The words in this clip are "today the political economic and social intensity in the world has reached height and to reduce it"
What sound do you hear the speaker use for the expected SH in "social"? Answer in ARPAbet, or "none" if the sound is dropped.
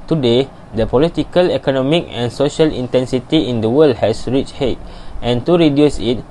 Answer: SH